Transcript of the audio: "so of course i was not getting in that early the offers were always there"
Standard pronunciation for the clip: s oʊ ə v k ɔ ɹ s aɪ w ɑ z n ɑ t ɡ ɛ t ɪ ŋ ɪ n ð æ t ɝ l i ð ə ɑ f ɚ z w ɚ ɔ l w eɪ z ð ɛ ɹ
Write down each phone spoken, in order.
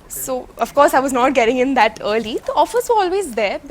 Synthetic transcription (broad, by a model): s oʊ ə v k ɔ ɹ s aɪ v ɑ z n ɑ t ɡ ɛ t ɪ ŋ ɪ n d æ t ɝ l i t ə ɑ f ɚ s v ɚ ɔ l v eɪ z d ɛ ɹ